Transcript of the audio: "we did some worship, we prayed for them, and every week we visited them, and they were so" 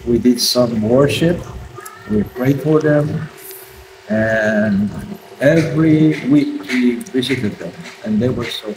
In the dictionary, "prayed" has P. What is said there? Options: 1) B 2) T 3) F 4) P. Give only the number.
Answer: 4